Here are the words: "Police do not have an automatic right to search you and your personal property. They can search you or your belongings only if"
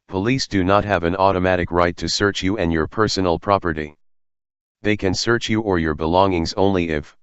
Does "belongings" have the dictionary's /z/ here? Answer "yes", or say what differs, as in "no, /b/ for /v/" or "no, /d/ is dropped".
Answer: yes